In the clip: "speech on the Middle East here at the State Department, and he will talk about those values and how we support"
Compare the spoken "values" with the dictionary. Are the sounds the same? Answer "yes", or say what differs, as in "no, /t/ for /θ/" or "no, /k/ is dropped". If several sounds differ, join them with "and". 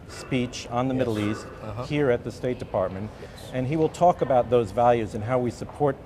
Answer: yes